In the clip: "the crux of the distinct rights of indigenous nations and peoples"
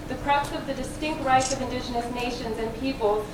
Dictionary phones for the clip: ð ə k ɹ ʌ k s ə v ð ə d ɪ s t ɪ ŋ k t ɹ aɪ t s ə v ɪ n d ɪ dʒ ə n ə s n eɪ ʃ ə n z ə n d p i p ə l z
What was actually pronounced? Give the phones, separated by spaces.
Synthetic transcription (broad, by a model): ð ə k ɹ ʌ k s ə v ð ə d ɪ s t ɪ ŋ k t ɹ aɪ t s ə v ɪ n d ɪ dʒ ə n ə s n eɪ ʃ ə n z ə n p i p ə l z